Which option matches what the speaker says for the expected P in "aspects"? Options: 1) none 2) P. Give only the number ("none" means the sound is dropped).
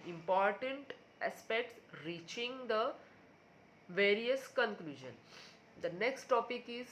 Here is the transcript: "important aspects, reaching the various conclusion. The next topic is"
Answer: 2